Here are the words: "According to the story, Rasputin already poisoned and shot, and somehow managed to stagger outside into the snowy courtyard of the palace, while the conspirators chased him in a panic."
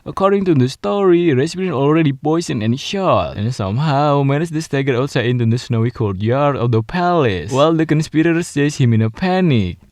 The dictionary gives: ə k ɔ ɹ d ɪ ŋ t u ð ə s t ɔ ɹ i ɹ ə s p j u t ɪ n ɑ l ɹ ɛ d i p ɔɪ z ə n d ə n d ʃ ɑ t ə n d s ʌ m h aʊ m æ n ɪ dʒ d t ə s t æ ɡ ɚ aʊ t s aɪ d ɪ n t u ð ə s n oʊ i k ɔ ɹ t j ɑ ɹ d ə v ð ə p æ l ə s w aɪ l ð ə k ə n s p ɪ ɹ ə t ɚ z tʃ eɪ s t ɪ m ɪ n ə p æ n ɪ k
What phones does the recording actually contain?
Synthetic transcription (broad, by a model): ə k ɔ ɹ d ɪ ŋ t u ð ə s t ɔ ɹ i ɹ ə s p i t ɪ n ɑ l ɹ ɛ d i p ɔɪ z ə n ə n ʃ ɑ t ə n s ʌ m h aʊ m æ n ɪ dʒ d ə s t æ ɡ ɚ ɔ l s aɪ ɪ n t u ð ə s n oʊ i k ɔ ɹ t j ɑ ɹ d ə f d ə p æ l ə s w aɪ l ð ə k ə n s p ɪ ɹ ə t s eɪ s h ɪ m ɪ n ə p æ n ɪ k